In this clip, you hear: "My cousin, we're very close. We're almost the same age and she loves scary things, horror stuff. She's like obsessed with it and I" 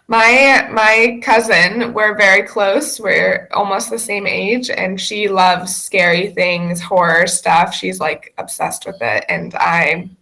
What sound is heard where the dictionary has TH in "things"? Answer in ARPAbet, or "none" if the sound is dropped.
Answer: TH